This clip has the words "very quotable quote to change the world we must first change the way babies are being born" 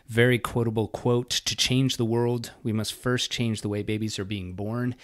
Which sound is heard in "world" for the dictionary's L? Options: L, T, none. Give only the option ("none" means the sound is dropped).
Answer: L